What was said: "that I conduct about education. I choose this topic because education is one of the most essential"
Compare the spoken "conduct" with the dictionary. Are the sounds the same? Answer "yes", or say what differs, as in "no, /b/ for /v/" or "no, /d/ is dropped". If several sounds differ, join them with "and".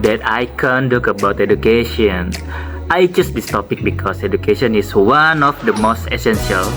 no, /t/ is dropped